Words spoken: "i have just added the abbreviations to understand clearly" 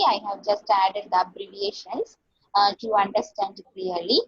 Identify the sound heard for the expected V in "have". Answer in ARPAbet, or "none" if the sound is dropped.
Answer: V